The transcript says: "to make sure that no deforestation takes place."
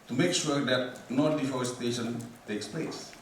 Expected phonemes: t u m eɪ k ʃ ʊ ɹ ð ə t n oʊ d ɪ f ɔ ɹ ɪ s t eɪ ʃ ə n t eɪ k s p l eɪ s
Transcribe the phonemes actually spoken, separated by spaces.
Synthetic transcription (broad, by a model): t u m eɪ k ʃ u ɹ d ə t n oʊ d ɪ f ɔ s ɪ t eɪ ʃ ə n t eɪ k s p l eɪ s